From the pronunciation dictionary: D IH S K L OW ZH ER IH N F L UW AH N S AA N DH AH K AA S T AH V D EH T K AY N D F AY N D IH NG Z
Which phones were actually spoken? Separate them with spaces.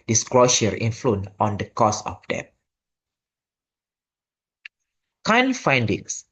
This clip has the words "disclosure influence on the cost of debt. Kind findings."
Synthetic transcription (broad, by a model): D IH S K L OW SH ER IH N F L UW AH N AA N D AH K AA S AH F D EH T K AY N F AY N D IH NG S